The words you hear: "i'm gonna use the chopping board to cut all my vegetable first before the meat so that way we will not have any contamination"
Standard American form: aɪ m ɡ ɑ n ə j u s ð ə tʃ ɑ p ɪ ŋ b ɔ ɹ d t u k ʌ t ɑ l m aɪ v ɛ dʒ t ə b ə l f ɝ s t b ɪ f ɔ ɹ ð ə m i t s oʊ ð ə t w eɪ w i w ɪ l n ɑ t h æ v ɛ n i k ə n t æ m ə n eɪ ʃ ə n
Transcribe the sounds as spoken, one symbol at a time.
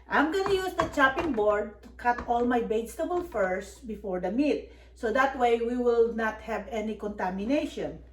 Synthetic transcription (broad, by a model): aɪ m ɡ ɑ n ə j u s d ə tʃ ɑ p ɪ ŋ b ɔ ɹ d t u k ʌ t ɑ l m aɪ b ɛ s t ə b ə l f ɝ s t b ɪ f ɔ ɹ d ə m i t s oʊ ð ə t w eɪ w i w ɪ l n ɑ t h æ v ɛ n i k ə n t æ m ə n eɪ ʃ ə n